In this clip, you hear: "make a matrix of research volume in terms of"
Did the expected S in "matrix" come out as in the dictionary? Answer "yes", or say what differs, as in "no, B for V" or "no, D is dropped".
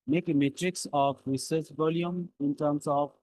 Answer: yes